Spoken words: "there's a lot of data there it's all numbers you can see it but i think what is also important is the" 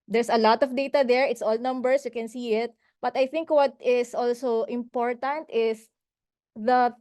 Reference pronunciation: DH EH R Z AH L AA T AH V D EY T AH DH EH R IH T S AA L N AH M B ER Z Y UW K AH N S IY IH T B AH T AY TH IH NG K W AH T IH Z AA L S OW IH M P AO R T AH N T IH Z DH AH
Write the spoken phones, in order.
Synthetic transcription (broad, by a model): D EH R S AH L AA T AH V D EY T AH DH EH R IH T S AA L N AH M B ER S Y UW K AH N S IY IH T B AH T AY TH IH NG K W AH T IH S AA L S OW IH M P AO R T AH N T IH S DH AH